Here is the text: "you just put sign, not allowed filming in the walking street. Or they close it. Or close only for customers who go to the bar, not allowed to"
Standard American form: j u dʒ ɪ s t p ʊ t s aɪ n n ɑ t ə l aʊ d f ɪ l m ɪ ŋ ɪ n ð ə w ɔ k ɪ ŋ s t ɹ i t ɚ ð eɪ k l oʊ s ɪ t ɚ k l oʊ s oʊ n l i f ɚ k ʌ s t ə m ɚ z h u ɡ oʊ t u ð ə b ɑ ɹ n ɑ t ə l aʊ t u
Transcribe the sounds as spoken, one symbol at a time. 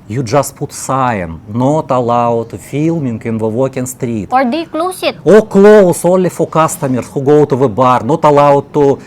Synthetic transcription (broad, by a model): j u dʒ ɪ s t p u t s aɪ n n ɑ t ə l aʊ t f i l m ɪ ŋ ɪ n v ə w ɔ k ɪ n s t ɹ i t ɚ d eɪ k l oʊ s ɪ t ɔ k l oʊ s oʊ l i f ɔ k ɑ s t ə m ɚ s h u ɡ oʊ t u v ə b ɑ ɹ n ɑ t ə l aʊ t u